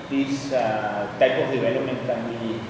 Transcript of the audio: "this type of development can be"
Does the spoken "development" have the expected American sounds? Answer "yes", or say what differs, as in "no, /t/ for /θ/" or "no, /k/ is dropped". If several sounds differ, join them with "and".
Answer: no, /p/ is dropped